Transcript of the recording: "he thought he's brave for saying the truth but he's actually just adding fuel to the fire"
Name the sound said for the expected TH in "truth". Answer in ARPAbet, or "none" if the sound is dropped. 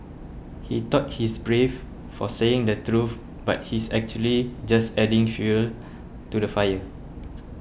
F